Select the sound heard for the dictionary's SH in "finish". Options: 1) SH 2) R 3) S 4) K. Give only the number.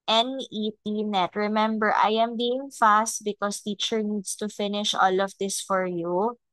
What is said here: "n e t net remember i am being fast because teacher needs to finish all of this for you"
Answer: 1